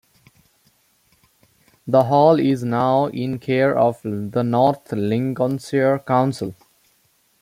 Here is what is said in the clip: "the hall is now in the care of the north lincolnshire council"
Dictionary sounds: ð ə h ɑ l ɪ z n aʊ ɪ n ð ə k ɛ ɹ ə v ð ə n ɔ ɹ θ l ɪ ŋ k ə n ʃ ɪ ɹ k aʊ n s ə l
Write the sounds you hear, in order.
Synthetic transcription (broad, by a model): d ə h ɑ l ɪ z n aʊ ɪ n k ɛ ɹ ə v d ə n ɔ ɹ t l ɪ ŋ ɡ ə n s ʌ ɹ k aʊ n s ə l